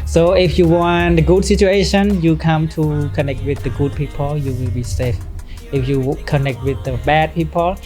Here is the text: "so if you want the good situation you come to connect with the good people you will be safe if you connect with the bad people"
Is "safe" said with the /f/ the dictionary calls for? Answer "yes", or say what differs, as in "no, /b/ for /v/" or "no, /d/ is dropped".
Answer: yes